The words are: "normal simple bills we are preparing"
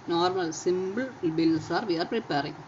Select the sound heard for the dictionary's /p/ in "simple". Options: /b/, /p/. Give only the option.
/b/